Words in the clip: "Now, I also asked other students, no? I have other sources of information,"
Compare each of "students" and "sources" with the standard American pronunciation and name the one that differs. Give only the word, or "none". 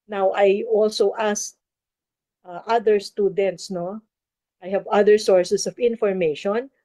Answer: sources